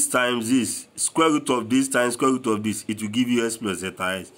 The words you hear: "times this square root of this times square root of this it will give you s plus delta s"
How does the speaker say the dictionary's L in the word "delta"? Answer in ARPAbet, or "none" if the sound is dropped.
none